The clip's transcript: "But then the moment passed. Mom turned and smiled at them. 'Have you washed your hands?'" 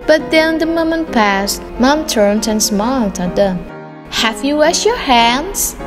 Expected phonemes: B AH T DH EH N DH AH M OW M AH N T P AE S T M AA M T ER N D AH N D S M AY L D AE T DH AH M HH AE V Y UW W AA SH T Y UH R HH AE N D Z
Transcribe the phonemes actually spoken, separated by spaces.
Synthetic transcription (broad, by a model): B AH T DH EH N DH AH M OW M AH N T P AE S T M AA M T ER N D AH N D S M AY L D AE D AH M HH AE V Y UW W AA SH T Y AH R HH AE N D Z